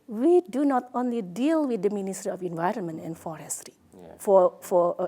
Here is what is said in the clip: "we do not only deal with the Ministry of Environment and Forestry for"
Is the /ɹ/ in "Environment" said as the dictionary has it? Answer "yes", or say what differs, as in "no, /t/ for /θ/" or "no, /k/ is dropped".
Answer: yes